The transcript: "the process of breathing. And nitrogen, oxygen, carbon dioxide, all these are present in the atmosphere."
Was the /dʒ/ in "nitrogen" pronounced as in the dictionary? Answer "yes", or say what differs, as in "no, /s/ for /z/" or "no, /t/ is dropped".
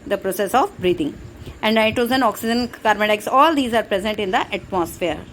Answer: no, /z/ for /dʒ/